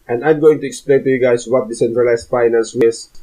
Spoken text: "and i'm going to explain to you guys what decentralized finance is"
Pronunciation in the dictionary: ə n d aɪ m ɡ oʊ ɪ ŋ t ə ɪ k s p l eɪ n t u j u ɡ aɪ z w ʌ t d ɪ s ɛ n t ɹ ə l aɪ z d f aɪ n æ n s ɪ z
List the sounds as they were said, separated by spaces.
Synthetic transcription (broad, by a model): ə n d aɪ m ɡ oʊ ɪ ŋ t ə ɪ k s p l eɪ n t u j u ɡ aɪ s w ʌ t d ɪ s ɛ n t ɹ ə l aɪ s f aɪ n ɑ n s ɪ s